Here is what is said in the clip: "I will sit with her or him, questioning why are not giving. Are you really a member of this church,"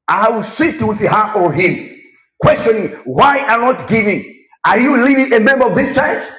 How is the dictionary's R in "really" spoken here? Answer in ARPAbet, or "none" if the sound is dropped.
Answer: L